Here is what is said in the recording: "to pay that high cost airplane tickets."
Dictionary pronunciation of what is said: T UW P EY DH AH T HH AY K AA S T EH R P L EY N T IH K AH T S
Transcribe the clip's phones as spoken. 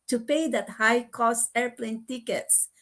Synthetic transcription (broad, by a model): T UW P EY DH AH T HH AY K AA S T EH R P L EY N T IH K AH T S